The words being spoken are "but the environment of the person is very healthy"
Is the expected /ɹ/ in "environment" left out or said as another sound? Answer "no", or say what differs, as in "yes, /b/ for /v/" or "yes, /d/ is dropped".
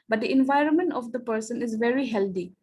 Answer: no